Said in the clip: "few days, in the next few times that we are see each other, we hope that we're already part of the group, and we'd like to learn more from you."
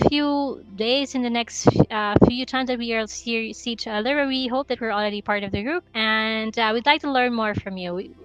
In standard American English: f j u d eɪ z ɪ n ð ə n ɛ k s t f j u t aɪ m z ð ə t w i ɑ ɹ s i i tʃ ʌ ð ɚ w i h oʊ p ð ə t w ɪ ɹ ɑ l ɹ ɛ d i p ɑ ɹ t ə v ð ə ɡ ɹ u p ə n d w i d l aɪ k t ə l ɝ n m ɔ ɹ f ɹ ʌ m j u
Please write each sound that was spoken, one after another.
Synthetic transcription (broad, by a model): f j u d eɪ z ɪ n ð ə n ɛ k s t f j u t aɪ m z ð ə t w i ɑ l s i i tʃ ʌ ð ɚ w i h oʊ p ð ə t w ɪ ɹ l ɹ ɛ d i p ɑ ɹ t ə v ð ə ɡ ɹ u p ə n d w i d l aɪ k t ə l ɝ n m ɔ ɹ f ɹ ʌ m j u